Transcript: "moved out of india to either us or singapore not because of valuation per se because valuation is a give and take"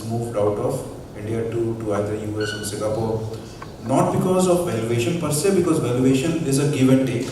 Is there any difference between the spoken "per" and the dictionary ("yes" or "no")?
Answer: no